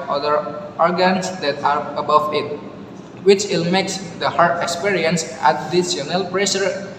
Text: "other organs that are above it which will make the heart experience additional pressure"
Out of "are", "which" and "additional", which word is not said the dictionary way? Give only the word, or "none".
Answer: additional